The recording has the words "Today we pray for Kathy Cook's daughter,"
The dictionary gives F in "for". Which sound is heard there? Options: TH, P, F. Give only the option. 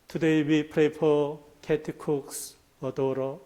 P